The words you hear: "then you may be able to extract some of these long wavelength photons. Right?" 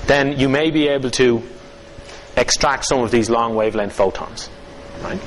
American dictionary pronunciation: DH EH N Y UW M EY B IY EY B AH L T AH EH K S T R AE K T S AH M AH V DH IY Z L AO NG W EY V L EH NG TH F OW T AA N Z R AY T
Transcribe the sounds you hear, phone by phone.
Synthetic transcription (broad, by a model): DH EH N Y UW M EY B IY EY B AH L T AH EH K S T R AE K T S AH M AH V DH IY Z L AO NG W EY V L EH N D F OW T AA N Z R AY T